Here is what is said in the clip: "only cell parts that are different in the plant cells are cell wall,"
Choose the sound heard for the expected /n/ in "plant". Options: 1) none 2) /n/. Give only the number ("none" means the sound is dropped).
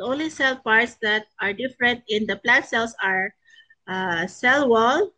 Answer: 1